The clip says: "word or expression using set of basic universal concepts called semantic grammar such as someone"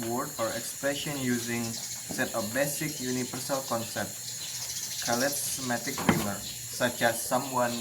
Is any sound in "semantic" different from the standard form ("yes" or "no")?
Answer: yes